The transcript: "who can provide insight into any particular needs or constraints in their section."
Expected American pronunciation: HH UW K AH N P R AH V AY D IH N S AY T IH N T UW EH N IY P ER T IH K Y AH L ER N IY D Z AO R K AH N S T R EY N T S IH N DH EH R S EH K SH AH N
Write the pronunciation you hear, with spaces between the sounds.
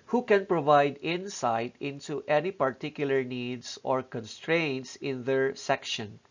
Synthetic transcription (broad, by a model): HH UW K AH N P R AH V AY D IH N S AY T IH N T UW EH N IY P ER T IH K Y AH L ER N IY D S AO R K AH N S T R EY N T S IH N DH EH R S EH K SH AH N